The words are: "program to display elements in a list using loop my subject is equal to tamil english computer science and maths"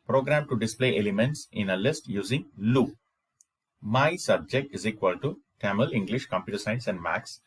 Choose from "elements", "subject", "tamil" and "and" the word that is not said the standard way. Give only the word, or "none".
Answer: none